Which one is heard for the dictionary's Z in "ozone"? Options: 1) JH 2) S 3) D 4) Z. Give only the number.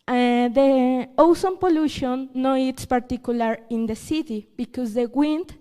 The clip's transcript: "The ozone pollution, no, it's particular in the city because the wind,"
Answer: 2